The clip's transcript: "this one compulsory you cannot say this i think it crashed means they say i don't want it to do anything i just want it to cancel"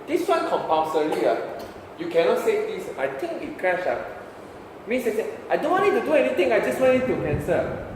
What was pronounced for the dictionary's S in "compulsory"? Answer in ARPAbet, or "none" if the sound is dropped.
none